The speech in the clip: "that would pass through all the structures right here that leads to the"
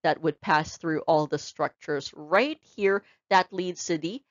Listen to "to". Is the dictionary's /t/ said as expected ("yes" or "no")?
no